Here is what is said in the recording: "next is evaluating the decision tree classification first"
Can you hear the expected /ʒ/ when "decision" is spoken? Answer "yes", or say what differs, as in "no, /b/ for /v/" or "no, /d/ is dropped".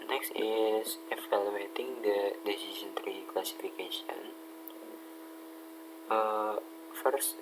no, /s/ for /ʒ/